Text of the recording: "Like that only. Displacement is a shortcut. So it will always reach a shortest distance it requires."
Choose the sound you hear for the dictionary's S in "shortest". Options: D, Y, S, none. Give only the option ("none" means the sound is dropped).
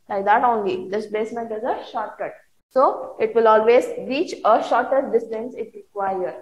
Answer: none